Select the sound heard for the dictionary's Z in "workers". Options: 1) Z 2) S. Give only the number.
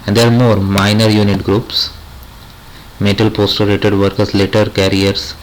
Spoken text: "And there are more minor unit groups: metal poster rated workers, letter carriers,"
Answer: 2